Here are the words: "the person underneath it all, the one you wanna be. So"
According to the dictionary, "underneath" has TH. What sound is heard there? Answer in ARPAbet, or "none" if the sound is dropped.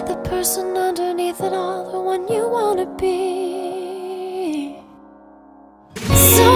TH